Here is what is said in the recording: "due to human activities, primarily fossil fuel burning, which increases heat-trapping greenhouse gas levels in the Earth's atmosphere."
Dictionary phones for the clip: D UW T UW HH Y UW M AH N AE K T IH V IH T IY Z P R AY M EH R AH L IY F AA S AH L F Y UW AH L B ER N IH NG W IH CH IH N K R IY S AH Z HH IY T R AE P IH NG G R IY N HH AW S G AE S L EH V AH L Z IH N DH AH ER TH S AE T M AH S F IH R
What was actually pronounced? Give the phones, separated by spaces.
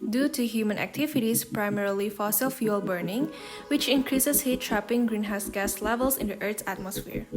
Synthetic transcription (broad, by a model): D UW T UW HH Y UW M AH N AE K T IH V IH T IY S P R AY M EH R AH L IY F AA S AH L F Y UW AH L B ER N IH NG W IH CH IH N K R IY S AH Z HH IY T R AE P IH NG G R IY N HH AW S G AE S L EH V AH L S IH N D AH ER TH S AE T M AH S F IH R